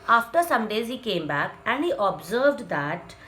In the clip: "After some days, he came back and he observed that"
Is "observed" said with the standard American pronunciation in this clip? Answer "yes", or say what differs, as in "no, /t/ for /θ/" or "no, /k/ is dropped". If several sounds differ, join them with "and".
yes